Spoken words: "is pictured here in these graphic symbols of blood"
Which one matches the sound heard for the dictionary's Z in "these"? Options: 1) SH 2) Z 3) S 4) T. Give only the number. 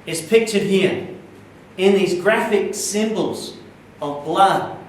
2